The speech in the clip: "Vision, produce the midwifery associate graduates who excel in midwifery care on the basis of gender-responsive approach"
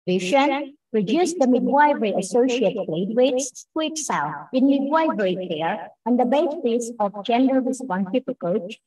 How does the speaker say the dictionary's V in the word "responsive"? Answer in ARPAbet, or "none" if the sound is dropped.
P